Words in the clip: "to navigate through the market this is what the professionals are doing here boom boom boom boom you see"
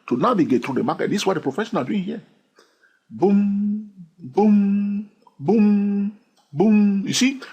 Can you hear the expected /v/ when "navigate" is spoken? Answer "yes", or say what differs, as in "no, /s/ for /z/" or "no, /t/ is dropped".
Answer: no, /b/ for /v/